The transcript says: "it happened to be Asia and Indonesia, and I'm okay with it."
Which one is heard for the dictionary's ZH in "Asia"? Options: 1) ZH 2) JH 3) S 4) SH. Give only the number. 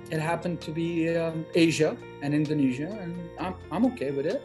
1